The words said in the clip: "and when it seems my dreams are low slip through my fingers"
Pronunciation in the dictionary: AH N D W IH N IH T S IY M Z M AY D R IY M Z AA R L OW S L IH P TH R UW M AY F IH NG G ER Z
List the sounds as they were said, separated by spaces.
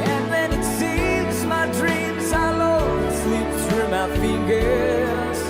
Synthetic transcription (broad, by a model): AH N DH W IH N IH T S IY M Z M AY D R IY M Z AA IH L OW S L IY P S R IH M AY F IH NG G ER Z